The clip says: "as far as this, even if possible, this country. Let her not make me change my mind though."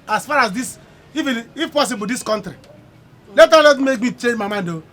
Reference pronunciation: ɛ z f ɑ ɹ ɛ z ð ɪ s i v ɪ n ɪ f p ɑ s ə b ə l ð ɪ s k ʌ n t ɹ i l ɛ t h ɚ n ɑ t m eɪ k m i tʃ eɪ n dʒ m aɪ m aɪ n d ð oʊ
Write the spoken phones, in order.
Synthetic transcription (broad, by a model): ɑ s f ɑ ɹ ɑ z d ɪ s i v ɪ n ɪ f p ɑ s ə b ə l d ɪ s k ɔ n t ɹ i l ɛ t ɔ l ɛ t m eɪ k m i tʃ eɪ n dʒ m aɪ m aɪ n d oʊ